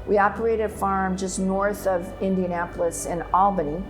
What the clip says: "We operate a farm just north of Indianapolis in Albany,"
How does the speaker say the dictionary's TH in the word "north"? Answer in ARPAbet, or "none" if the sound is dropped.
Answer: TH